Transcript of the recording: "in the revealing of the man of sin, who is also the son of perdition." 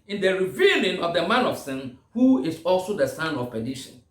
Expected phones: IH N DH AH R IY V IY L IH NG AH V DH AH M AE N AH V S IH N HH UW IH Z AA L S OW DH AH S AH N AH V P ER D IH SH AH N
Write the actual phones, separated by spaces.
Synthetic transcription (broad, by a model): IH N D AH R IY V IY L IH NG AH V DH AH M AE N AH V S IH N HH UW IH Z AA L S OW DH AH S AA N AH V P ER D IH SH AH N